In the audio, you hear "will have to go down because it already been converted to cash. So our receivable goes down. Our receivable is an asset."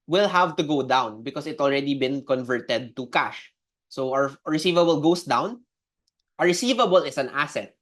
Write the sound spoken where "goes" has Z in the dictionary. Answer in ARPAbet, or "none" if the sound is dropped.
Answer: S